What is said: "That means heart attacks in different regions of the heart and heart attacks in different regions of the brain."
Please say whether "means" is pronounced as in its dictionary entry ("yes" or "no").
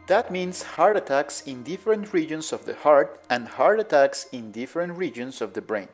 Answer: no